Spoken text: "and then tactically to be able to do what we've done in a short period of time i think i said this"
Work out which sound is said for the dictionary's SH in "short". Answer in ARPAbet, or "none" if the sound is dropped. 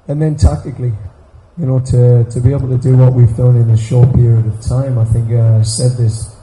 SH